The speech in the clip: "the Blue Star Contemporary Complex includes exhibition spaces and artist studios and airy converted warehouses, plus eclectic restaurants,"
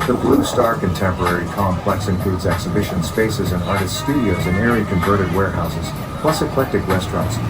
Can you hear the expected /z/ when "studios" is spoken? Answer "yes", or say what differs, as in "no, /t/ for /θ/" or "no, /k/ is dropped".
yes